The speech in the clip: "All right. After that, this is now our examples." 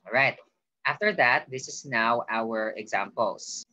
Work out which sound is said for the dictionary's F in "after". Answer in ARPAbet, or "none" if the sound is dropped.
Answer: F